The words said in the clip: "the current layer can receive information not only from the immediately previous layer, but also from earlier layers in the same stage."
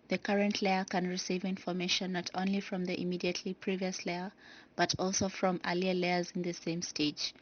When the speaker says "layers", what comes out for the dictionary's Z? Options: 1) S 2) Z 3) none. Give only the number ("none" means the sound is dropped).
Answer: 2